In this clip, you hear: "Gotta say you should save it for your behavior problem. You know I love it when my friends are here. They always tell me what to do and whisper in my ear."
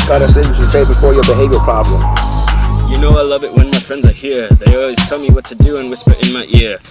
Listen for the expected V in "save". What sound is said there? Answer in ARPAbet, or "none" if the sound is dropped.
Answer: B